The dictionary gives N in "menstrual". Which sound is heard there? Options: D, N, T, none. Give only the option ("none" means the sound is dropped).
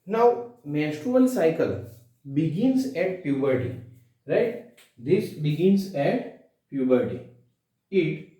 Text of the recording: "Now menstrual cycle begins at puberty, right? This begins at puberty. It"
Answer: none